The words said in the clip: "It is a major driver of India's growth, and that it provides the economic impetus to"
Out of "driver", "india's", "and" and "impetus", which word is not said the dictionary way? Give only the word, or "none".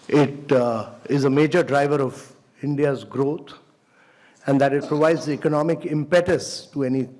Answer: none